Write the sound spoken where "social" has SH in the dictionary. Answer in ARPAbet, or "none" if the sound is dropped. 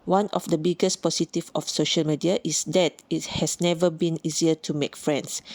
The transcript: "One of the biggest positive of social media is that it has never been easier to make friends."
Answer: SH